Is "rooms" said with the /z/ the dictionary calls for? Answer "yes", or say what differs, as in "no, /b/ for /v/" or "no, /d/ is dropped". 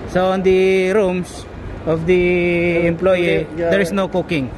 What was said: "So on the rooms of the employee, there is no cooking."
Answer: no, /s/ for /z/